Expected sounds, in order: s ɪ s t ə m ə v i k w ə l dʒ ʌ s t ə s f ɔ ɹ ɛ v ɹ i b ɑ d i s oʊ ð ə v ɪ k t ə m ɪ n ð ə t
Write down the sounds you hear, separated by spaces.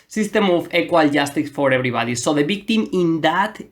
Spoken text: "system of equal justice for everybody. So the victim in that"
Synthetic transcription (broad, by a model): s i s t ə m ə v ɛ k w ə l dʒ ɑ s t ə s f ɔ ɹ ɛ b ɹ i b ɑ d i s oʊ ð ə b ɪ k t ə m ɪ n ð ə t